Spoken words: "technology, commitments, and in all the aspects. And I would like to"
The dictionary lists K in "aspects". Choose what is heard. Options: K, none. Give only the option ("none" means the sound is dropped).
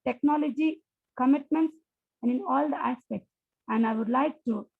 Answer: K